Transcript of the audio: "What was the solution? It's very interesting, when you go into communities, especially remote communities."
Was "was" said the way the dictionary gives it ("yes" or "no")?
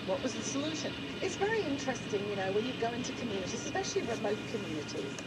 yes